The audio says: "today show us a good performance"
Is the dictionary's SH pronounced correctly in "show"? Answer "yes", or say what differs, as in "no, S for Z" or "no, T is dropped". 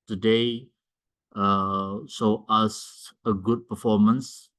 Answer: no, S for SH